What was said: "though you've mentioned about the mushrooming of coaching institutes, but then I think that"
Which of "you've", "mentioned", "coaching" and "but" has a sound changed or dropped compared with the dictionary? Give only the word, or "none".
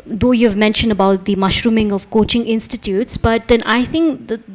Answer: none